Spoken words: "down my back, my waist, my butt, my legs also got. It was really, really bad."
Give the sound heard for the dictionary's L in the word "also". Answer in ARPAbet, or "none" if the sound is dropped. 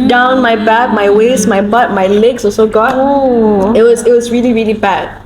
none